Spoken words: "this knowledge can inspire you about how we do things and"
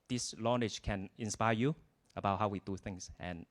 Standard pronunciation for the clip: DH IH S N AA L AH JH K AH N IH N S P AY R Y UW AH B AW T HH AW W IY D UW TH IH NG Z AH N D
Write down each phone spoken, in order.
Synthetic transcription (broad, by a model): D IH S L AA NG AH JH K AH N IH N S P AY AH Y UW AH B AW T HH AW W IY D UW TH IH NG S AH N